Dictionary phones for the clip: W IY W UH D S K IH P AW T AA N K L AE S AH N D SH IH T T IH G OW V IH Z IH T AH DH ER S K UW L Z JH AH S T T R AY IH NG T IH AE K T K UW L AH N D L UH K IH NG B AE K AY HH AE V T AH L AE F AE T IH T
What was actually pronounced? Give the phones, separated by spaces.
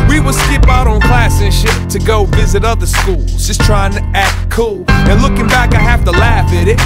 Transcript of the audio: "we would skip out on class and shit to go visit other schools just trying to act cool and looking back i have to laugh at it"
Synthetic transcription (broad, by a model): W IY W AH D S K IH P AW T N K L AE S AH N SH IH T T IH G OW V IH Z IH T AH DH ER S K UW L Z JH AH S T T R AY IH NG T IH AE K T K UW L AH N L UH K IH NG B AE K AY HH AE F T AH L AE F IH T IH T